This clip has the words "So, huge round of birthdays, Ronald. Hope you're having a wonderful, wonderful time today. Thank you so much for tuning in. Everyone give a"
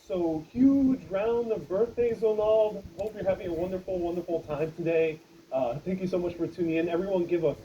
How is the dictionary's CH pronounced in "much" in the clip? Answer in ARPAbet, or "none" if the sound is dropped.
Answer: CH